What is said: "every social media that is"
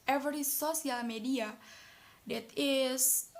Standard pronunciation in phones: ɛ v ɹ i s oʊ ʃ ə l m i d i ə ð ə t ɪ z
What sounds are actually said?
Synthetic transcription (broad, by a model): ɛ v ɹ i s oʊ s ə l m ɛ d i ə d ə t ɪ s